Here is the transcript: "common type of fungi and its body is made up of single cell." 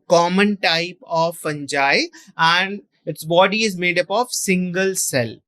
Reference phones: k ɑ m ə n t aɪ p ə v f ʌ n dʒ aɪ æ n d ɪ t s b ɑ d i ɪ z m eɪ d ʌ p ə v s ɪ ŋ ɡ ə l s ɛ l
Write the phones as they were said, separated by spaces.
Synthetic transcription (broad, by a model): k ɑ m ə n t aɪ p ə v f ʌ n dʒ aɪ æ n d ɪ t s b ɑ d i ɪ z m eɪ d ʌ p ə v s ɪ ŋ ɡ ə l s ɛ l